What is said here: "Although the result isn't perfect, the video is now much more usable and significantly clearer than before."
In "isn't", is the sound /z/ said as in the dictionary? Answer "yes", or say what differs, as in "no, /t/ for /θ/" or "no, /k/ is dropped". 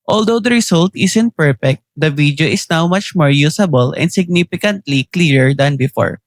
no, /s/ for /z/